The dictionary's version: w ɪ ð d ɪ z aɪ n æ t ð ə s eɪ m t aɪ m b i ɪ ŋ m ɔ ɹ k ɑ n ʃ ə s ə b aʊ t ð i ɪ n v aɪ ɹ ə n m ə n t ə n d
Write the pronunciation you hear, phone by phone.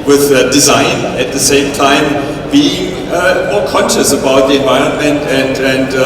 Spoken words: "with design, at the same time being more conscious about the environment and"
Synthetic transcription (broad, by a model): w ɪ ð d ɪ z aɪ n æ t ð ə s eɪ m t aɪ m b i ɪ ŋ m ɔ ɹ k ɑ n ʃ ə s ə b aʊ t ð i ɪ n v aɪ ɹ ə n m ə n t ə n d